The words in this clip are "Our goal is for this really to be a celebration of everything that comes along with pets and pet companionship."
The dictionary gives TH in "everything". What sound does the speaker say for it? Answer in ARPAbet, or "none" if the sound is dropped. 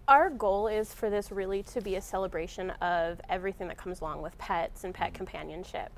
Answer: TH